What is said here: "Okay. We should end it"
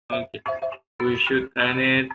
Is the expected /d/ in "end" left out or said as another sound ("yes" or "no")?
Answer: yes